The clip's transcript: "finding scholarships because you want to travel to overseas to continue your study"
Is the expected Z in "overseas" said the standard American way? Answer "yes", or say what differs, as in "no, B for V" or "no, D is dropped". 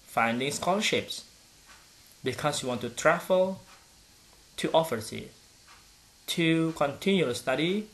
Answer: no, Z is dropped